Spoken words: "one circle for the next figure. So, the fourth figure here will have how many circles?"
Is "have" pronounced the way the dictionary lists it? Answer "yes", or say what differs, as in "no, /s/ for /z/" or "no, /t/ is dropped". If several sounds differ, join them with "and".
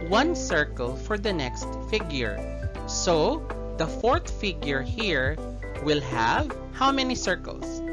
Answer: yes